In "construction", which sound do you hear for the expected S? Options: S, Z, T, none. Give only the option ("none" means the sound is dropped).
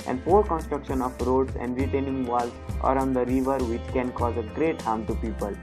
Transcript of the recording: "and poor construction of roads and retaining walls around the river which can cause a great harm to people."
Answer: S